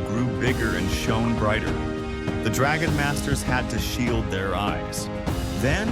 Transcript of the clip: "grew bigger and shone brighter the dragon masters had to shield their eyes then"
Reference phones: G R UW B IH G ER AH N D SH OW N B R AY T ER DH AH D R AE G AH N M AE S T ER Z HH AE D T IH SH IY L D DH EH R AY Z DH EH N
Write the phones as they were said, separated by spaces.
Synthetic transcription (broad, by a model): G R UW B IH G ER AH N SH OW N B R AY T ER DH AH D R AE G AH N M AE S T ER Z HH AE D T IH SH IY L D DH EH R AY Z DH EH N